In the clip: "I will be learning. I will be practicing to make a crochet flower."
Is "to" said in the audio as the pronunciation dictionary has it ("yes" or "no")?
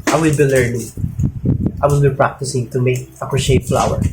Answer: yes